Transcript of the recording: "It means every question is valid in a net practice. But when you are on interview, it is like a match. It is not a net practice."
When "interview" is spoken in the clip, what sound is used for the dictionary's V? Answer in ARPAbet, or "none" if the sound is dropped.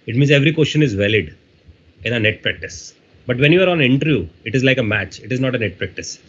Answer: none